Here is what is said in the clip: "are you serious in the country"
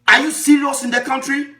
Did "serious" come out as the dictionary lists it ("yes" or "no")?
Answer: no